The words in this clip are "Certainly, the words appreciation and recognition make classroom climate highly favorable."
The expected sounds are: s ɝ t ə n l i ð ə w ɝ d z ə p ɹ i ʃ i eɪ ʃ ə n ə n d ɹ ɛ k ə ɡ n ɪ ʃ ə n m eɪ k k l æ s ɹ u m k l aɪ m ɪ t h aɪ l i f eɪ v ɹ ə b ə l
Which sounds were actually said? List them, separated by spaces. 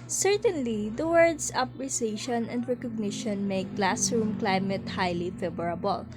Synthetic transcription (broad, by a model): s ɝ t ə n l i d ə w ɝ d s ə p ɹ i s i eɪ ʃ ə n ə n d ɹ ɛ k ə ɡ n ɪ ʃ ə n m eɪ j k l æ s ɹ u m k l aɪ m ɪ t h aɪ l i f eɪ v ɹ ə b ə l